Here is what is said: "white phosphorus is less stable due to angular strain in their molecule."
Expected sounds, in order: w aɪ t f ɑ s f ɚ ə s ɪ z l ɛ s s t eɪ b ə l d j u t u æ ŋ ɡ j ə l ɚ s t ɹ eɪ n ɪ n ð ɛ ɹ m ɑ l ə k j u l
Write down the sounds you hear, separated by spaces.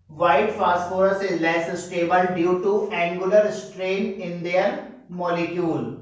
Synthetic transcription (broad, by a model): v aɪ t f ɑ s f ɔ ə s ɪ z l ɛ s s t eɪ b ə l d j u t u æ ŋ ɡ j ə l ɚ s t ɹ eɪ n ɪ n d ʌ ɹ m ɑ l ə k j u l